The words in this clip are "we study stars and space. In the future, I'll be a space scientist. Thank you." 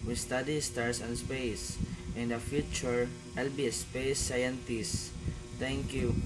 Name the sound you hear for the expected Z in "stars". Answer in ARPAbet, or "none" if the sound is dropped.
S